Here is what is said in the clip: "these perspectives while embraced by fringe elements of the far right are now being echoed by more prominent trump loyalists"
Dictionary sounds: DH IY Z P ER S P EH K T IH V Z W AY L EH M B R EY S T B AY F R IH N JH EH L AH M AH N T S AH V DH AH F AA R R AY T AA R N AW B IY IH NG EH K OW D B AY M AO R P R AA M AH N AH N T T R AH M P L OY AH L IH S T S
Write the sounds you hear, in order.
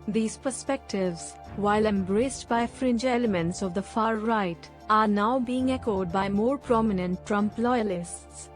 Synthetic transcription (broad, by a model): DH IY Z P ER S P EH K T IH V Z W AY L EH M B R EY S T B AY F R IH N JH EH L AH M AH N T S AH V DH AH F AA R R AY T AA R N AW B IY IH NG EH K OW D B AY M AO R P R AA M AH N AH N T T R AH M P L OY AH L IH S T S